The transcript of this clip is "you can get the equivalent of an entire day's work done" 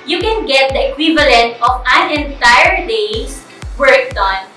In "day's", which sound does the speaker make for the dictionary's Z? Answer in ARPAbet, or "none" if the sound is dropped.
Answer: S